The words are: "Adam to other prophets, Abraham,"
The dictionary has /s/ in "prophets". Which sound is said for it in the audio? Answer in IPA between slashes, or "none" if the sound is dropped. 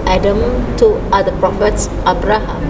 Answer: /s/